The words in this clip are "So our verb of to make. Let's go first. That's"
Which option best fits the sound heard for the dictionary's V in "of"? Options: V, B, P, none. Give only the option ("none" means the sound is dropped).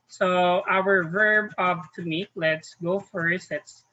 P